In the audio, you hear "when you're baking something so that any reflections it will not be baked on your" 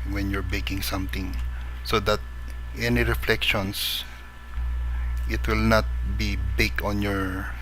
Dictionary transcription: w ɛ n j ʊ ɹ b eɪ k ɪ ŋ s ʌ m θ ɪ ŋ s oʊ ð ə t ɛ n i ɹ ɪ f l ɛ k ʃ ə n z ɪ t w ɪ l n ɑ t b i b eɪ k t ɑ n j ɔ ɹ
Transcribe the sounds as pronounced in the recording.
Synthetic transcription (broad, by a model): w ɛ n j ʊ ɹ b eɪ k ɪ ŋ s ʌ m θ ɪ ŋ s oʊ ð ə t ɛ n i ɹ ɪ f l ɛ k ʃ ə n s ɪ t w ɪ l n ɑ t b i b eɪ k ɑ n j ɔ ɹ